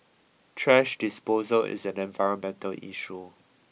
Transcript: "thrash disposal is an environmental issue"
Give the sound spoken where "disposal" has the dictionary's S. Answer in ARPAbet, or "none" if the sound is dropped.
S